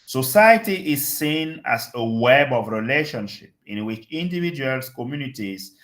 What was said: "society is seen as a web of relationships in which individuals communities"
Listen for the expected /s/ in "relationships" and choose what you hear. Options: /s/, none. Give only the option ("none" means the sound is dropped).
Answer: none